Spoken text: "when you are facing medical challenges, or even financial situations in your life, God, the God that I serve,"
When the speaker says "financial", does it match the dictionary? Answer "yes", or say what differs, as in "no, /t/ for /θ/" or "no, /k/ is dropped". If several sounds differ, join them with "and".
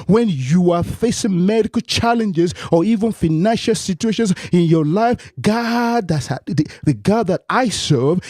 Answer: yes